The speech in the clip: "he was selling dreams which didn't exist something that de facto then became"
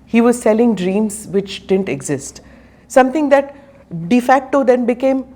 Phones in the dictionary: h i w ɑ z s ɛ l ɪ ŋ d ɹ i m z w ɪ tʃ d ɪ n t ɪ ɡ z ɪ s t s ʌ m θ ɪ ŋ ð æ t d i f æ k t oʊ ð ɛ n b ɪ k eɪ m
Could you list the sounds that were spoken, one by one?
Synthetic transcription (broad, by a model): h i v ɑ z s ɛ l ɪ ŋ d ɹ i m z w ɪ tʃ d ɪ n t ɪ ɡ z ɪ s t s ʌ m t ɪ ŋ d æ t d i f æ k t oʊ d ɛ n b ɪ k eɪ m